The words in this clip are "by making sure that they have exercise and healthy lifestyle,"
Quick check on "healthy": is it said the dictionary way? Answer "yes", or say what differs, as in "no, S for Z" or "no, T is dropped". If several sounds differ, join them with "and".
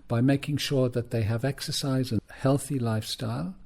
yes